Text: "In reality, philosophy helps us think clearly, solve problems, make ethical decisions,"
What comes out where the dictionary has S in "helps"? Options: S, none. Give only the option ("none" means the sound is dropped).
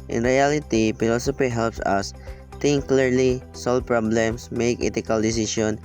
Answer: S